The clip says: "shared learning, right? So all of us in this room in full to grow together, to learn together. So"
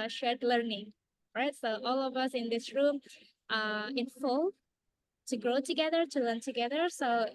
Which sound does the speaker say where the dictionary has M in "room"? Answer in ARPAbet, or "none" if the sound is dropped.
M